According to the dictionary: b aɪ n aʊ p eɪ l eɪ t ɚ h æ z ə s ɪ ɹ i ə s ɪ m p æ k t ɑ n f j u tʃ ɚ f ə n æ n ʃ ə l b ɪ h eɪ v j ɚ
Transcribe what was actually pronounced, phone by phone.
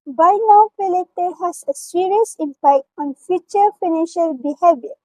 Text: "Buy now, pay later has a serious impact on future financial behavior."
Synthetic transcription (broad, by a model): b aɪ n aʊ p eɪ l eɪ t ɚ h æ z ə s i ɹ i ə s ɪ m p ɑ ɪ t ɑ n f j u tʃ ɚ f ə n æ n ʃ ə l b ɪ h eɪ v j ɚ